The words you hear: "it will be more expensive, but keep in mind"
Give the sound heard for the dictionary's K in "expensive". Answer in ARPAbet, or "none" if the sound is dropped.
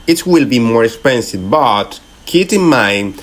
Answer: K